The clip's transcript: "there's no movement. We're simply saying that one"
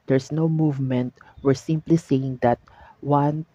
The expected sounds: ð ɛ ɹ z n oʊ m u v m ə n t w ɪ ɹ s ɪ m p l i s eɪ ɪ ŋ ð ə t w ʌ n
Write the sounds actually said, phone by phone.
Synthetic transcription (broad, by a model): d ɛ ɹ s n oʊ m u v m ə n t w ɪ ɹ s ɪ m p l i s eɪ ɪ ŋ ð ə t w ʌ n